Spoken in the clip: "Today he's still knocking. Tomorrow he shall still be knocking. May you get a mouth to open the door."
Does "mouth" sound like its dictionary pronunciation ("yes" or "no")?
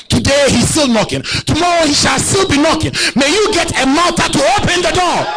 no